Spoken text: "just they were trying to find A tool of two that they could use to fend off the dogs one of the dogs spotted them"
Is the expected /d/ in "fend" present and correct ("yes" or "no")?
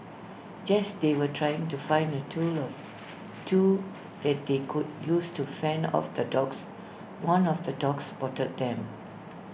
no